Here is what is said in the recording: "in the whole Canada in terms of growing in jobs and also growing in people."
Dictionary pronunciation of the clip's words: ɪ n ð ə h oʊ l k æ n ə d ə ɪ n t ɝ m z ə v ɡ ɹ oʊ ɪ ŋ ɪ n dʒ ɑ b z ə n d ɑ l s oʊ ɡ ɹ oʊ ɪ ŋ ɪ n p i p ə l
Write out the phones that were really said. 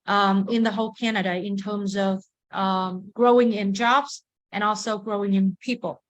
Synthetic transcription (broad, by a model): ɪ n ð ə h oʊ l k æ n ə d ə ɪ n t ɝ m z ə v ɡ ɹ oʊ ɪ ŋ ɪ n dʒ ɑ b z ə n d ɑ l s oʊ ɡ ɹ oʊ ɪ ŋ ɪ n p i p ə l